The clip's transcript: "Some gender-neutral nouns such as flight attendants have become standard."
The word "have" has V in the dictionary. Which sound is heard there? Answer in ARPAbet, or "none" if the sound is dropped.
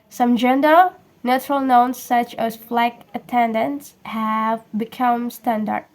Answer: V